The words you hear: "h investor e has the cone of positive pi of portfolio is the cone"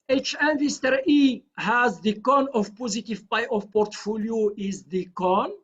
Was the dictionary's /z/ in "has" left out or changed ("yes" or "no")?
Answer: no